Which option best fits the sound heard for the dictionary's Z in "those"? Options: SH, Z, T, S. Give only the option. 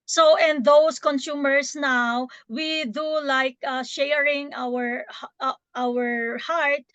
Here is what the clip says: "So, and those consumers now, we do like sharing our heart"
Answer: S